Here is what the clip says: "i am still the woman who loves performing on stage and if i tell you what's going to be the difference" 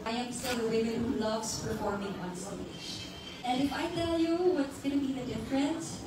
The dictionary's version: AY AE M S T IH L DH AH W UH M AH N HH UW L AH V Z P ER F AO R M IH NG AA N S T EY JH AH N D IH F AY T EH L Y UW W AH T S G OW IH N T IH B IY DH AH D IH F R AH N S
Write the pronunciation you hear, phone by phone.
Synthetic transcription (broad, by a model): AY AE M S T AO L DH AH W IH M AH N HH UW L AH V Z P ER F AO R M IH NG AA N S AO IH SH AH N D IH F AY T EH L Y UW W AH T S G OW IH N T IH B IY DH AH D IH F R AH N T